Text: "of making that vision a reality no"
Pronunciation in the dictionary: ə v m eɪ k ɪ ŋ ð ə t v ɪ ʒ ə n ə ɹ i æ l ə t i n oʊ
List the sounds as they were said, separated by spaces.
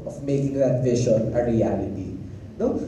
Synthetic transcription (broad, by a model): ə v m eɪ k ɪ ŋ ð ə t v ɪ ʃ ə n ə ɹ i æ l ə t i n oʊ